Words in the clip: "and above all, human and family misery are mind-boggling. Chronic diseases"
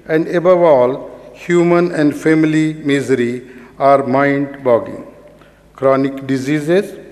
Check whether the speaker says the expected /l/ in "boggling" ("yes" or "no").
no